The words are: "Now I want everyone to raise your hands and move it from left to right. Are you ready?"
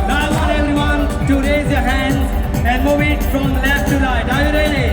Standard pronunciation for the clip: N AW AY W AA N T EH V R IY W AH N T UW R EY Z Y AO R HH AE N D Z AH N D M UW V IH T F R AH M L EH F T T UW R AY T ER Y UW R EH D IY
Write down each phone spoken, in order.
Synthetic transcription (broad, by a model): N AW AY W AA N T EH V R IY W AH N T UW R EY Z Y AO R HH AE N D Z AH N D M UW V IH T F R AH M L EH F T T UW L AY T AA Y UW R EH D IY